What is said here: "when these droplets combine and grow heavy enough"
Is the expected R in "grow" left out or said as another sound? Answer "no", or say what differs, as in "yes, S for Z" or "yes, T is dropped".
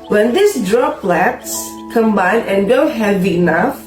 yes, R is dropped